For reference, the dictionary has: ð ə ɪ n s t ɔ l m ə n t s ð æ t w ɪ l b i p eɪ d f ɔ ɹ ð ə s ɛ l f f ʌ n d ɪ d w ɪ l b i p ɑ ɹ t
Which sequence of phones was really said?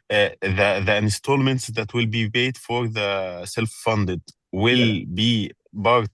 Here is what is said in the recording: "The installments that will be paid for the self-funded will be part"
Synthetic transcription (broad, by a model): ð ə ɪ n s t ɔ l m ə n t s ð æ t w ɪ l b i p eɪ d f ɔ ɹ ð ə s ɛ l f f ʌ n d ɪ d w ɪ l b i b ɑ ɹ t